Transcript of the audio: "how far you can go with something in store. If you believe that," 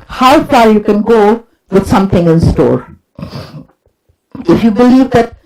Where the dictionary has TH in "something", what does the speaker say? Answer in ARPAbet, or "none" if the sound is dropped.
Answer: T